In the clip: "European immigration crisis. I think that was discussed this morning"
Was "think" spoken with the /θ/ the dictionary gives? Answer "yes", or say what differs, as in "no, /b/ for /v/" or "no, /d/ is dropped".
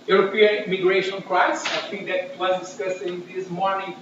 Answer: no, /t/ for /θ/